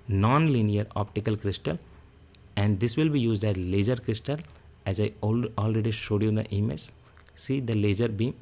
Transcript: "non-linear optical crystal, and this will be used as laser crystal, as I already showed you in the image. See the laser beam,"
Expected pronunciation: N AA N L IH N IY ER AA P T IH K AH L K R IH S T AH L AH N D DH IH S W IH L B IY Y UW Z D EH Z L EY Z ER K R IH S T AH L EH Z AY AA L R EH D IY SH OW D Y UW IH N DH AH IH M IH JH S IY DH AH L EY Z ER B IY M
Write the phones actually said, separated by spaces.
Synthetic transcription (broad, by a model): N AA N L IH N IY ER AA P T IH K AH L K R IH S T AH L AH N D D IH S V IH L B IY Y UW Z D EH Z L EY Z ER K R IH S T AH L EH Z AY AA L R EH D IY SH OW D Y UW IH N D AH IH M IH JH S IY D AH L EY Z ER B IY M